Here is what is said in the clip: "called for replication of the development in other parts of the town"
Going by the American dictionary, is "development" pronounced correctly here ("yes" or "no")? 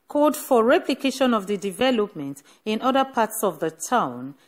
yes